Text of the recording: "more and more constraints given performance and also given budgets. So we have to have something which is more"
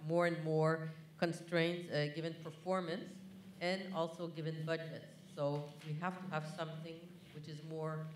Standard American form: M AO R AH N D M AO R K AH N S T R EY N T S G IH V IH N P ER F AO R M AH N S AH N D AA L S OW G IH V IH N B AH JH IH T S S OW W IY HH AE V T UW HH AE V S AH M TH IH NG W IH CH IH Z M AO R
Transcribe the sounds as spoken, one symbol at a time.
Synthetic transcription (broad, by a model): M AO R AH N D M AO R K AH N S T R EY N T S G IH V IH N P ER F AO R M AH N S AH N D AA L S OW G IH V IH N B AH JH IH T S S OW W IY HH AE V T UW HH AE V S AH M TH IH NG W IH CH IH Z M AO R